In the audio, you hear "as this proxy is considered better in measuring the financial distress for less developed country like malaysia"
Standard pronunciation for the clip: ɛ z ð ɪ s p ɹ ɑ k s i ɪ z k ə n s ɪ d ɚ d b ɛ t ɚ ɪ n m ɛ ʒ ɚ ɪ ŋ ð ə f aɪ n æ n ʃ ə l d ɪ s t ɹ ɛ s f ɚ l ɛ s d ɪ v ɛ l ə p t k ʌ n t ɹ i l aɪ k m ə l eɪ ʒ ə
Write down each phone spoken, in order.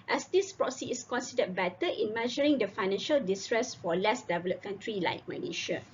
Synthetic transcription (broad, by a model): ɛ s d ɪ s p ɹ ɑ s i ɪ s k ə n s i d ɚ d b ɛ t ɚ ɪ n m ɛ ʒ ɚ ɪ ŋ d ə f aɪ n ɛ n ʃ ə l d ɪ s t ɹ ɛ s f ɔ l ɛ s d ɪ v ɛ l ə p k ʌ n t ɹ i l aɪ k m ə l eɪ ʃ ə